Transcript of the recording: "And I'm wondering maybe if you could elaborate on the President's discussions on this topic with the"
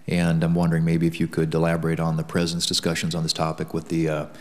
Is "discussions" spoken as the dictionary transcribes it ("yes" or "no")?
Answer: yes